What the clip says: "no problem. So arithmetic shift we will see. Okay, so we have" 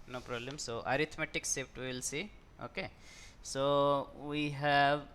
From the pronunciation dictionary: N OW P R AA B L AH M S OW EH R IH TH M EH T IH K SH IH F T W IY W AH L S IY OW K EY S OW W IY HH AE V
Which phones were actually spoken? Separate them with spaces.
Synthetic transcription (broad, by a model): N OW P R AA B L AH M S OW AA R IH T M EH T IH K S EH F T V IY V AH L S IY OW K EY S OW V IY HH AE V